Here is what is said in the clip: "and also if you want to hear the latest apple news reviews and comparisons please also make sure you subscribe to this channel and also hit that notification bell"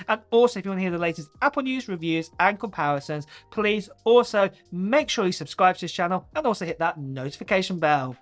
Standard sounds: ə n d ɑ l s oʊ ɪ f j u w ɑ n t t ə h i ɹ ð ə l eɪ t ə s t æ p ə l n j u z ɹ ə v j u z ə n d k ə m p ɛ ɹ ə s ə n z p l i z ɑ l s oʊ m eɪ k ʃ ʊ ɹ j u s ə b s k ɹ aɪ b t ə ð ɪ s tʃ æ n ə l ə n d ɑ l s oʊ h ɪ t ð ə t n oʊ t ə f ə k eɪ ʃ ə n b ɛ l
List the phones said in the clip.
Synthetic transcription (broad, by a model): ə n ɑ l s oʊ ɪ f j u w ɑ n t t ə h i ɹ ð ə l eɪ t ə s t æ p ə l n j u z ɹ ə v j u z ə n k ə m p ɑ ɹ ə s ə n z p l i z ɑ l s oʊ m eɪ k ʃ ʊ ɹ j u s ə b s k ɹ aɪ b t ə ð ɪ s tʃ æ n ə l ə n ɑ l s oʊ h ɪ t ð ə t n oʊ t ə f ə k eɪ ʃ ə n b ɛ l